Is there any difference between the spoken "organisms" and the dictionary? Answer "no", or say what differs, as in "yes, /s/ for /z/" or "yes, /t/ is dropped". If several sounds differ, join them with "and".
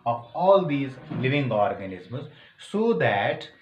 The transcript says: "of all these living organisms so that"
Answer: no